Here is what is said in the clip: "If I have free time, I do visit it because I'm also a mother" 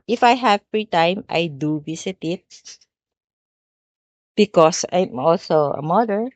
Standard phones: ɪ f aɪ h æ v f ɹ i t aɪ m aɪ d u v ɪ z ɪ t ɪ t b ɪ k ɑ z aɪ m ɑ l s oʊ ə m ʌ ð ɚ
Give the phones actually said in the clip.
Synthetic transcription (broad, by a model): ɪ f aɪ h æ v f ɹ i t aɪ m aɪ d u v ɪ s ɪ t ɪ t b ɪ k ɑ s aɪ m ɑ l s oʊ ə m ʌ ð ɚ